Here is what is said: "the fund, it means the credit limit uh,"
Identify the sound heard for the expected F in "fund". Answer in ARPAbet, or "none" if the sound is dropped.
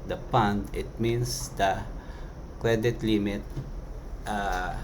P